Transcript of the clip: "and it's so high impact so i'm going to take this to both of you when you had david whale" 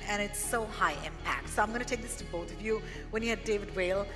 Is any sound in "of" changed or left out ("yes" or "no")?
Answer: no